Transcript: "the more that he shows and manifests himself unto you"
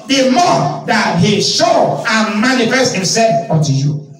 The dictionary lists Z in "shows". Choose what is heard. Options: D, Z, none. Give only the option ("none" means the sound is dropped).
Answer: none